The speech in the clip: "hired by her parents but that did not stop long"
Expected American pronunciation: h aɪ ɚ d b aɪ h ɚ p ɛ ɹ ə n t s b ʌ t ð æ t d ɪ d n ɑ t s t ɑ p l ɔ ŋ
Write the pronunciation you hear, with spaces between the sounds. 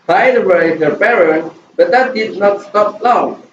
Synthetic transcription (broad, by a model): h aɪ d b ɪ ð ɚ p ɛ ɹ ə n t b ʌ t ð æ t d ɪ d n ɑ t s t ɑ p l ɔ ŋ